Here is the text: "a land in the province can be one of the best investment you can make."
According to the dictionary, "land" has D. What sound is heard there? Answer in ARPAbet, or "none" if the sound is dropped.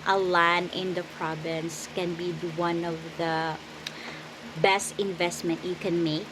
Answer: none